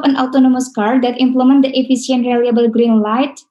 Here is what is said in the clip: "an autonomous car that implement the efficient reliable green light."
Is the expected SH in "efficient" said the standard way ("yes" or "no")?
no